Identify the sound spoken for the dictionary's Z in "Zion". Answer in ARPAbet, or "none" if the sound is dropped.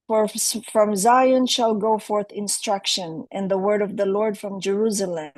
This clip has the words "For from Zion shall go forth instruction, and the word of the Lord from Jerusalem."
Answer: Z